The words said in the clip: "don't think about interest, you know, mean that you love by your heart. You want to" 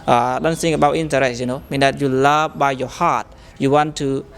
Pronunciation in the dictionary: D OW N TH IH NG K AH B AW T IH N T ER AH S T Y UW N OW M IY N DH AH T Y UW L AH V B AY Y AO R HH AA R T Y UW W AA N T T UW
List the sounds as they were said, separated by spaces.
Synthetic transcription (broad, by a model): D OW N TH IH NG AH B AW T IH N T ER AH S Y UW N OW M IY N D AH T Y UW L AH V B AY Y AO HH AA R T Y UW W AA N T T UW